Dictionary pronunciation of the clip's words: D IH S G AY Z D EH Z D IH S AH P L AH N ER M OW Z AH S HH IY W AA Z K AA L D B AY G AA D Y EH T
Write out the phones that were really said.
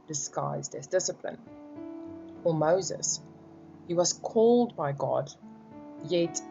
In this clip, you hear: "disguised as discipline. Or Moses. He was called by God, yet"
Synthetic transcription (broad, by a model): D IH S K AY Z D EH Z D IH S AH P L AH N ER M OW Z AH S HH IY W AA Z K AA L D B AY G AA D Y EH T